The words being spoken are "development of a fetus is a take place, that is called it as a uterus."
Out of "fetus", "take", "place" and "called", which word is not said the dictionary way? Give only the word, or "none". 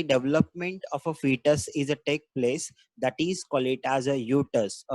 called